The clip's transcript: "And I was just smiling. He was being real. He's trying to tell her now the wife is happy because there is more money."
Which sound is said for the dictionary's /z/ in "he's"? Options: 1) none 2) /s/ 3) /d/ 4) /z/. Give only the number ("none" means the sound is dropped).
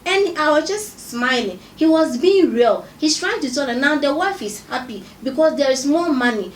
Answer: 2